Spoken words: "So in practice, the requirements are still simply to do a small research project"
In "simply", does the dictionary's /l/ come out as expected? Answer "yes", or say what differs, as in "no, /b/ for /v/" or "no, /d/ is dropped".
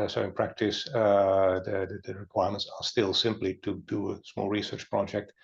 yes